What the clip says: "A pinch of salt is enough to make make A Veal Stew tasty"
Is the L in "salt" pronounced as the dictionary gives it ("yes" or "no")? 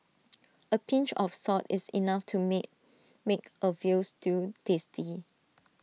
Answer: no